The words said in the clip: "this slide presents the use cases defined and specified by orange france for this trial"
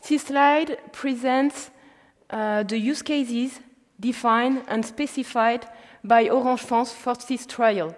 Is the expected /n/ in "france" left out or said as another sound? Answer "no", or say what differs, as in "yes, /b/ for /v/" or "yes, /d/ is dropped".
yes, /n/ is dropped